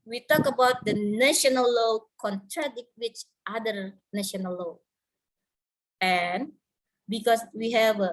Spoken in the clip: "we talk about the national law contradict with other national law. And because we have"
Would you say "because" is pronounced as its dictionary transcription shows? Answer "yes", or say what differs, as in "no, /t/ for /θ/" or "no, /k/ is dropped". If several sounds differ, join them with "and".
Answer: no, /s/ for /z/